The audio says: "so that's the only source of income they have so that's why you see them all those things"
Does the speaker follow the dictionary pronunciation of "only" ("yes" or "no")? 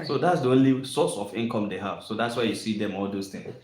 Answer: yes